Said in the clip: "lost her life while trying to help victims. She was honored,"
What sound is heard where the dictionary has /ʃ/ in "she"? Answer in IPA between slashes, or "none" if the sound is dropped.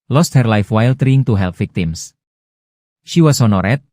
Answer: /ʃ/